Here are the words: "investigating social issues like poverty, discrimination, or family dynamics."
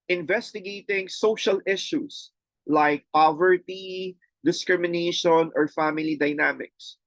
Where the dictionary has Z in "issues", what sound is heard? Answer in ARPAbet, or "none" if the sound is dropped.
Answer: S